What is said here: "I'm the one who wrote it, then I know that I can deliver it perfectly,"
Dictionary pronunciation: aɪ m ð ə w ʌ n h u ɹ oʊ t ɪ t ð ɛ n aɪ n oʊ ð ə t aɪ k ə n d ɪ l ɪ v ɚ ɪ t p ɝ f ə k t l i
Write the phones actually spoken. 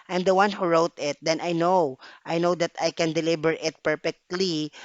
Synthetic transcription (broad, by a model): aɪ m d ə w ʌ n h u ɹ oʊ t ɪ t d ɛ n aɪ n oʊ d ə t aɪ k ə n d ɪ l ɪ b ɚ ɪ t p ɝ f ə k t l i